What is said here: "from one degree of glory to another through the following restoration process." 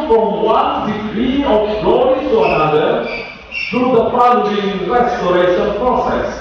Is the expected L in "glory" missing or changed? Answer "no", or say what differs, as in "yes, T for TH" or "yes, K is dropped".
yes, L is dropped